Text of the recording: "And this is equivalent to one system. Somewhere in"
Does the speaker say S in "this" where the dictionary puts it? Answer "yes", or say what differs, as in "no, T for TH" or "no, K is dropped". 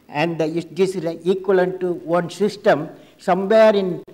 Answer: no, S is dropped